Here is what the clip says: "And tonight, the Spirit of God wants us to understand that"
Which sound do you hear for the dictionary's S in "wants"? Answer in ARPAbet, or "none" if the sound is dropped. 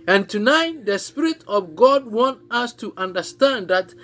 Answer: none